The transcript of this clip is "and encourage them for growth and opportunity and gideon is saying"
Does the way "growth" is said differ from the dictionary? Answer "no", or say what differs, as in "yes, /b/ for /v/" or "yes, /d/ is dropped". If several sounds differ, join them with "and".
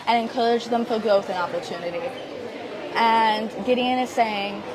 no